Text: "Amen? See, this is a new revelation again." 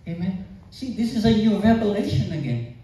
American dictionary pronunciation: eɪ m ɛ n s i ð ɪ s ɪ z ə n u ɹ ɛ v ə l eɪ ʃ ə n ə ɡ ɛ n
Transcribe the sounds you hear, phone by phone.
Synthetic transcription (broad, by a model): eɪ m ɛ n s i ð ɪ s ɪ z ə n u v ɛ p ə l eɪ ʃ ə n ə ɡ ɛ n